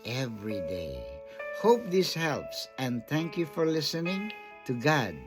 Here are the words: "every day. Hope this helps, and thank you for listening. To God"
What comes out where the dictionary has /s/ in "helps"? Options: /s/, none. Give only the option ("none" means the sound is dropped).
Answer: /s/